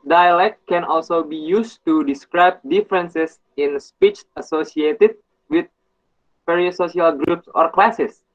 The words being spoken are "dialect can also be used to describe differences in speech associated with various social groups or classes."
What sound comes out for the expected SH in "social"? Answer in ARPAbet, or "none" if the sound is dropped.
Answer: none